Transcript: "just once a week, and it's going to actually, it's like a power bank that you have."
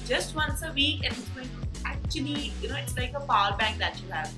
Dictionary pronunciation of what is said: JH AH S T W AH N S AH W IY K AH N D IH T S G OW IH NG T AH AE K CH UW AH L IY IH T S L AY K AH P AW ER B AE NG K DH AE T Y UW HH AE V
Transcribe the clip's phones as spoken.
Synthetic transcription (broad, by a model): JH AH S T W AH N S AH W IY K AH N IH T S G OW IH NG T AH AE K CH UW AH N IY IH T S L AY K AH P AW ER B AE NG K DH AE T Y UW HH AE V